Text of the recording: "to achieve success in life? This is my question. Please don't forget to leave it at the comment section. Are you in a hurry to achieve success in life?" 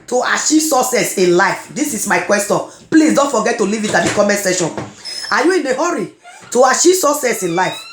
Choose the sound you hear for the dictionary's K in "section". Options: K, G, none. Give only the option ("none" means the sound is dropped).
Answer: none